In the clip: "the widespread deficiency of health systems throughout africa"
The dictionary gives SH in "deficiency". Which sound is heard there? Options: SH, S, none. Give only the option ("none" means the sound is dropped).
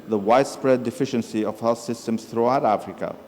SH